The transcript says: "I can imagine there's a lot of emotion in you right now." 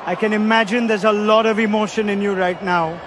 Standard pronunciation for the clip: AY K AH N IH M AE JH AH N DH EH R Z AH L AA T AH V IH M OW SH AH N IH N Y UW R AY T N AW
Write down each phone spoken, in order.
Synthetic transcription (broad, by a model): AY K AH N IH M AE JH AH N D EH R Z AH L AA T AH V IH M OW SH AH N IH N Y UW R AY T N AW